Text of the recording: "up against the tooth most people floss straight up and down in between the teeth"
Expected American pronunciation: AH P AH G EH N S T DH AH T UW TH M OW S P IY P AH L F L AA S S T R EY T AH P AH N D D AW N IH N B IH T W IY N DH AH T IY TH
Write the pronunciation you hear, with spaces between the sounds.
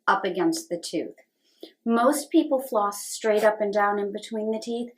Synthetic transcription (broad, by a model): AH P AH G EH N S T DH AH T UW TH M OW S P IY P L F L AA S S T R EY T AH P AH N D D AW N IH N B IH T W IY N DH AH T IY TH